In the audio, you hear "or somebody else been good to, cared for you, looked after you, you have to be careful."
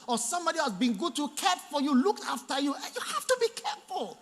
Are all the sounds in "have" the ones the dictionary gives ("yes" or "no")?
no